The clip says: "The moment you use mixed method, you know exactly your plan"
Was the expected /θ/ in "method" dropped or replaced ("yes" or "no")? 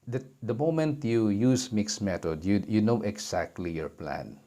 yes